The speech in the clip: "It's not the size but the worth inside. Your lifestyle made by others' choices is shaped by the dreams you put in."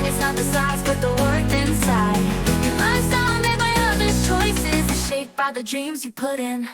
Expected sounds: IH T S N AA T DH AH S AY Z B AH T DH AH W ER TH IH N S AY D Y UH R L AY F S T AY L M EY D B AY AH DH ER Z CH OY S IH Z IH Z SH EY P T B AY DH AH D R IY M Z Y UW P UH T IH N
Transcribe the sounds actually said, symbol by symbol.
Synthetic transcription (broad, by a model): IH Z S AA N DH AH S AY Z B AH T DH AH W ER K IH N S AY D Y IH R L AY S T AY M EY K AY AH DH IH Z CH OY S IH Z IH SH EY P B AY DH AH D R IY M Z Y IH P UH T IH N